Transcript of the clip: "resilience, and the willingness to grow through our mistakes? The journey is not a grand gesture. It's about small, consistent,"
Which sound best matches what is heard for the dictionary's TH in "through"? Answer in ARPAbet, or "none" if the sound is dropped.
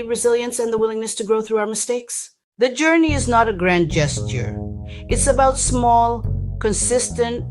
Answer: TH